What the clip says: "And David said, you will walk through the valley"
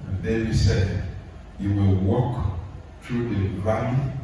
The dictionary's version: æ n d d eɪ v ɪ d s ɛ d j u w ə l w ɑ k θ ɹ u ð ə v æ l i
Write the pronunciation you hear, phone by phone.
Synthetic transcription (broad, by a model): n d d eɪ ɪ s ɛ d j u w ə l w ɑ k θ ɹ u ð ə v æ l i